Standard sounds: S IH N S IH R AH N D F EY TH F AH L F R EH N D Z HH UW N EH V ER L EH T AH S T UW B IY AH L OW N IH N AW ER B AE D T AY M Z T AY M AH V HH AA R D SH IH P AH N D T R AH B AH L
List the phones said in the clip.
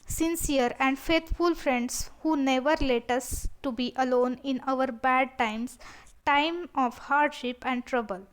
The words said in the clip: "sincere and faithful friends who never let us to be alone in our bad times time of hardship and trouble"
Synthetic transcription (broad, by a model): S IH N S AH R AH N D F EY T F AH L F R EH N D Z HH UW N EH V ER L EH T AH S T UW B IY AH L OW N IH N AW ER B AE D T AY M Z T AY M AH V HH AA R D SH IH P AH N D T R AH B AH L